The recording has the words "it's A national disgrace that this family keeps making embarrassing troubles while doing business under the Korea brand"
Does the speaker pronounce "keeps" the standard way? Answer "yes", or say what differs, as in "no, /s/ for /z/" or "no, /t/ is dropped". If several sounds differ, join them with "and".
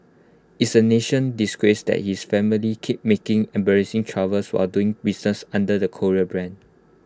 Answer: no, /s/ is dropped